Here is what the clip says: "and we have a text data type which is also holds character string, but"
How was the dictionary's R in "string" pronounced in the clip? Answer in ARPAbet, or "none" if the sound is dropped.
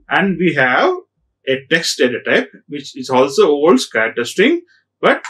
none